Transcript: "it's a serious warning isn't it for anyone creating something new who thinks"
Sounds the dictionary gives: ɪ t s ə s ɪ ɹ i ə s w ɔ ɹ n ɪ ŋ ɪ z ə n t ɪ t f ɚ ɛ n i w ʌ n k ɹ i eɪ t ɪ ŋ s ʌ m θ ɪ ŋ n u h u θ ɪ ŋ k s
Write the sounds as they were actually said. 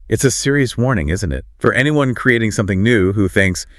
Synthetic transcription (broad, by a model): ɪ t s ə s ɪ ɹ i ə s w ɔ ɹ n ɪ ŋ ɪ z ə n t ɪ t f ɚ ɛ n i w ʌ n k ɹ i eɪ t ɪ ŋ s ʌ m θ ɪ ŋ n u h u θ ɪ ŋ k s